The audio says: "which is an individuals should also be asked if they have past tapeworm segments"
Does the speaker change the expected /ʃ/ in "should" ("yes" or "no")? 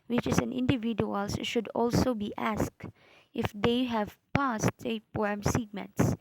no